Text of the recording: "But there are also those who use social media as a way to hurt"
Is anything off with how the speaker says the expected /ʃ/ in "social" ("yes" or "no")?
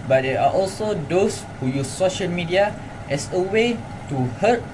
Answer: no